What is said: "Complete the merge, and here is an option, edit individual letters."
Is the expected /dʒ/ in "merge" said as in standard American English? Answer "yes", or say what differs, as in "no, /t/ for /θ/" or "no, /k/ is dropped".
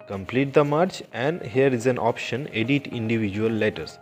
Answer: no, /tʃ/ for /dʒ/